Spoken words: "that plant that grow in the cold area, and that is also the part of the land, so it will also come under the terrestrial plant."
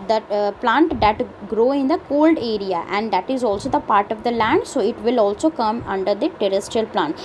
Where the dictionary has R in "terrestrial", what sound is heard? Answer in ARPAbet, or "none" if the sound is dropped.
R